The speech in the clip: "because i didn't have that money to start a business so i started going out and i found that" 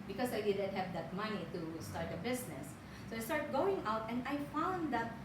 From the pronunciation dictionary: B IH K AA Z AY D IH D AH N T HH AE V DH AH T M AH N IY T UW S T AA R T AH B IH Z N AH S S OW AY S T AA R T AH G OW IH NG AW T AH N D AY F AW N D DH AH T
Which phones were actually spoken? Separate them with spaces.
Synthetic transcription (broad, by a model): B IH K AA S AY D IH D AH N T HH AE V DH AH T M AH N IY T UW S T AA R T AH B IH S N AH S S OW AY S T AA R T G OW IH NG AW T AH N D AY F AW N D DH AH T